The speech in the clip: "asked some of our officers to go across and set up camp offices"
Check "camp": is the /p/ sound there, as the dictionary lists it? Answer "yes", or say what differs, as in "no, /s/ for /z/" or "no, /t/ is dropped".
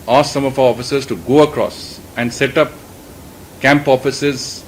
yes